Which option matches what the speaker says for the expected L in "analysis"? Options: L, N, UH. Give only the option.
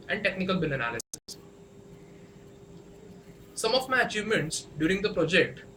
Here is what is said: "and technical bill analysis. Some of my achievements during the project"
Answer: L